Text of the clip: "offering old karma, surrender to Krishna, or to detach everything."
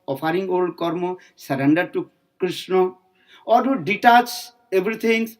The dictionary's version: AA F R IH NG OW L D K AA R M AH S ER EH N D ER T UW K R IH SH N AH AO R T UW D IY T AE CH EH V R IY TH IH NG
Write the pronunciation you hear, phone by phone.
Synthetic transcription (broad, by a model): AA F R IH NG OW L D K AA R M AH S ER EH N D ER T UW K R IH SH N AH AO R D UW D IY T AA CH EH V R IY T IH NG